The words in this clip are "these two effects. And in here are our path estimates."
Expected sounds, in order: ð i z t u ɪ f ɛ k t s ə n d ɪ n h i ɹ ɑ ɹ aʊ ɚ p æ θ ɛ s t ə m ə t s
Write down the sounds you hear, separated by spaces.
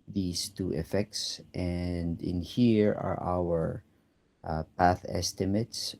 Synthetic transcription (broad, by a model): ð i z t u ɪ f ɛ k t s ə n d ɪ n h i ɹ ɑ ɹ aʊ ɚ p æ θ ɛ s t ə m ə t s